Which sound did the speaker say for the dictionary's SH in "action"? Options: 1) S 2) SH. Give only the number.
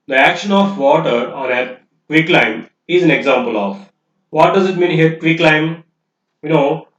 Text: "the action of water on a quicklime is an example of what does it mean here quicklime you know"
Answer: 2